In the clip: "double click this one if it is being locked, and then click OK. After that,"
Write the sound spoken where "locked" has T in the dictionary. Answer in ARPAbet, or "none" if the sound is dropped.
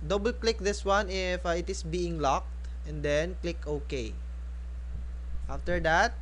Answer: T